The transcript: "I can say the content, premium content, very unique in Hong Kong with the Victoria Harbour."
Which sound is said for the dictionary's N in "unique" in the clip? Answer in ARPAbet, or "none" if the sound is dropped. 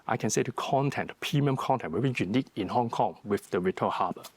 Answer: N